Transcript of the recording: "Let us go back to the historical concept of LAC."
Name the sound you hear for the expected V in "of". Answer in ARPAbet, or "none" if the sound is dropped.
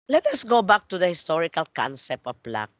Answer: P